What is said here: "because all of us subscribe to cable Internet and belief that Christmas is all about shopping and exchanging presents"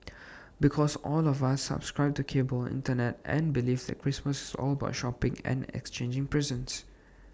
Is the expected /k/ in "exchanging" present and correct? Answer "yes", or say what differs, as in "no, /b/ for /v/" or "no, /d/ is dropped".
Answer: yes